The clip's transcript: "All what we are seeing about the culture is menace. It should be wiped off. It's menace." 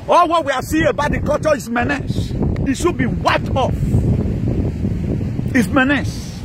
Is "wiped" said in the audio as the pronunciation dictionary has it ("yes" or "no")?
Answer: yes